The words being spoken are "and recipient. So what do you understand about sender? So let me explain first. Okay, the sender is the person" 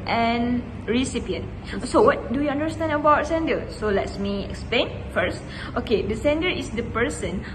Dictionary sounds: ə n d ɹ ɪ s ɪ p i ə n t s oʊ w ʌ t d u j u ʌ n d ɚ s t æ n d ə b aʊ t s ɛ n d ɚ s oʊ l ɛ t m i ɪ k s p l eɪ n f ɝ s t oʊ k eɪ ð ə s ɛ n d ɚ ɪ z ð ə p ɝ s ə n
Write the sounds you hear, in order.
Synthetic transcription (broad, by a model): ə n ɹ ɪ s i p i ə n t s oʊ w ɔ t d u j u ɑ n d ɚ s t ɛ n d ə b aʊ t s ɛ n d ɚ s oʊ l ɛ t m i ɪ k s p l eɪ n f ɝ s t oʊ k eɪ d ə s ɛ n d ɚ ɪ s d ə p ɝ s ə n